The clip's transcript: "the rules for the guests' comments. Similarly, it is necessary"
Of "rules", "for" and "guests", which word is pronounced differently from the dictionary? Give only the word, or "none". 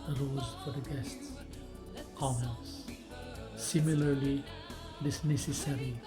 rules